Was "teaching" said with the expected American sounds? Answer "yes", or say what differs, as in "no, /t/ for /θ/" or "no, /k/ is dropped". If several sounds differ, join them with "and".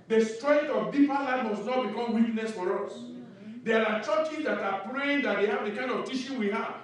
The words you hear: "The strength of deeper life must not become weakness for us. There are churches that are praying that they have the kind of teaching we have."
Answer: no, /ʃ/ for /tʃ/